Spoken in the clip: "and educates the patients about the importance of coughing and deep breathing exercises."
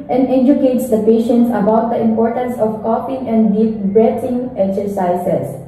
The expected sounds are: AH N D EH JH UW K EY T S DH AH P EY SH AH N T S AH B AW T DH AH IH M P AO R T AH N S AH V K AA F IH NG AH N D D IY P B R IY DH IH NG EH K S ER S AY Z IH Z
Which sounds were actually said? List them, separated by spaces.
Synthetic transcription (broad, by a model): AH N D EH JH UW K EY T S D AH P EY SH AH N T S AH B AW T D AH IH M P AO R T AH N S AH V K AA P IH NG AH N D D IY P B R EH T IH NG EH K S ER S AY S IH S